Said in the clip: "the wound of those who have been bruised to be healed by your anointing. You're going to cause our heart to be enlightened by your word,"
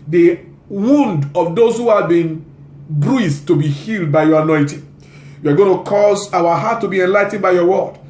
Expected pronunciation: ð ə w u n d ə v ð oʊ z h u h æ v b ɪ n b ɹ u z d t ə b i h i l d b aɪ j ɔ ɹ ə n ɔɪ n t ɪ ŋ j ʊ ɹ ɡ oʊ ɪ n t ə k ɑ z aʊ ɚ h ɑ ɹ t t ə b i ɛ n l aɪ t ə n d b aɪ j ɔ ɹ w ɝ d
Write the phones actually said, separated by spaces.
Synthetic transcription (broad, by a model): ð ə w u n d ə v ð oʊ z h u h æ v b ɪ n b ɹ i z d t ə b i h i l d b aɪ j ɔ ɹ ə n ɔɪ t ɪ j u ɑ ɡ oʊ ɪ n t ə k ɑ z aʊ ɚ h ɑ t t ə b i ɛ n l aɪ t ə n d b aɪ j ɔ w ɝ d